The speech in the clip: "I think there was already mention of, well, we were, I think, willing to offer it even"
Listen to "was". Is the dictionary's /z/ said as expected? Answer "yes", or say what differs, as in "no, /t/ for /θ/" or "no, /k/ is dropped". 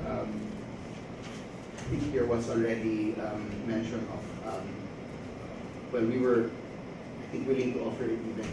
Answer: no, /s/ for /z/